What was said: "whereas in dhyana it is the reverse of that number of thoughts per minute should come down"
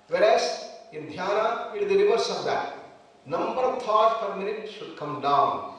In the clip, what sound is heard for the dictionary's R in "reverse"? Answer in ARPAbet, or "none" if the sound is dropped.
L